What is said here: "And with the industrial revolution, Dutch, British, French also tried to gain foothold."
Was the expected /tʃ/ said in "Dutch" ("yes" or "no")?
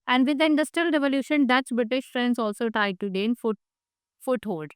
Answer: no